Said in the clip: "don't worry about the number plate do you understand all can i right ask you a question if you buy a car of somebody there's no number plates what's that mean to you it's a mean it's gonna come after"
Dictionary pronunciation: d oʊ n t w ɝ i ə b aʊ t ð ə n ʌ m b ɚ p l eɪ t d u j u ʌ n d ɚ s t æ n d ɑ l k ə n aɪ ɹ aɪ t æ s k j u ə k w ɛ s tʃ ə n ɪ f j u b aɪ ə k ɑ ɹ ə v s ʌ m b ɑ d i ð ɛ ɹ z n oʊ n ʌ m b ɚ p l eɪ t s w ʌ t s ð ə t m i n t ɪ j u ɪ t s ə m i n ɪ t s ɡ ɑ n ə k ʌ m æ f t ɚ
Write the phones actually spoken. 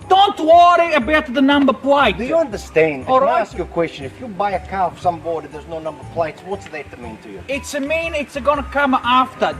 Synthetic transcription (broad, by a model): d oʊ n t w ɝ i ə b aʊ t ð ə n ʌ m b ɚ p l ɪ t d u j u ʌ n d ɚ s t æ n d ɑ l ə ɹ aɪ æ s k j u ə k w ɛ s tʃ ə n ɪ f j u b aɪ ə k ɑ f s ʌ m b ɑ d i ð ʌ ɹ z n oʊ n ʌ m b ɚ p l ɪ t s w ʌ t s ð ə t m i n t ɪ j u ɪ t s ə m i n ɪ t s ɡ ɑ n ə k ʌ m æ f t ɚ